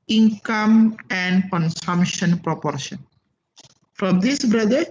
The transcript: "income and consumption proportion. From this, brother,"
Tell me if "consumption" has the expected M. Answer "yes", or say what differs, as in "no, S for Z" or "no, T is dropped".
yes